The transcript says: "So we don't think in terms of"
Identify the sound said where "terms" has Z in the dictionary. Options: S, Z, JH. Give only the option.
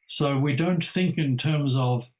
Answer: Z